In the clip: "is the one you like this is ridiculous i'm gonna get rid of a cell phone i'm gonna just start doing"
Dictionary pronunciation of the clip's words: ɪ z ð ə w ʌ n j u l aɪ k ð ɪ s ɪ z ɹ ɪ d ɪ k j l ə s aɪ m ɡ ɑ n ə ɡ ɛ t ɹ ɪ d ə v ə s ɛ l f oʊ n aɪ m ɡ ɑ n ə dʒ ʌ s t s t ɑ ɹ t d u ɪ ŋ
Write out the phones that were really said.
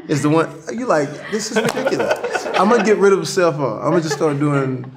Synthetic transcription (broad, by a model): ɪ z ð ə w ʌ n j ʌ l aɪ k ð ɪ s ɪ z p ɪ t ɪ k j l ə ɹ aɪ m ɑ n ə ɡ ɛ t ɹ ɪ d ə v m s ɛ l f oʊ aɪ m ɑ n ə dʒ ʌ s s t ɑ ɹ t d u ɪ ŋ